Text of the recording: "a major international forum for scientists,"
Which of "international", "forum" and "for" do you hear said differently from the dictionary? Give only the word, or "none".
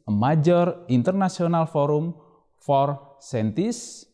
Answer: international